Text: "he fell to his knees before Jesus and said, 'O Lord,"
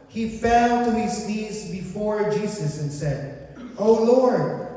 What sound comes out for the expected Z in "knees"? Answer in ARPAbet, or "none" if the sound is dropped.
Z